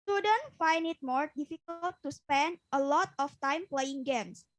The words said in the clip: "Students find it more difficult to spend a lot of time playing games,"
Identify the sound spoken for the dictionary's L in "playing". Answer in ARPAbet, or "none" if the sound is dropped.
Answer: L